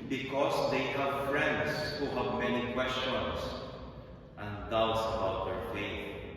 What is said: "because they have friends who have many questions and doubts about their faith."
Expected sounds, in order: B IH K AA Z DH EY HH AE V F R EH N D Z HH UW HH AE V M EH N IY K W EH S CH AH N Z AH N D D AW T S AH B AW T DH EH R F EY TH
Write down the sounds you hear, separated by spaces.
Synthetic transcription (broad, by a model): B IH K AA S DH EY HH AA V F R EH N D S HH UW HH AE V M EH N IY K W EH S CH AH N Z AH N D D AW T S AH B AW T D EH R F EY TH